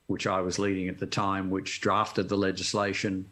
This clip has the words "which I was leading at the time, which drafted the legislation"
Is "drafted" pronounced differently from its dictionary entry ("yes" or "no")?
no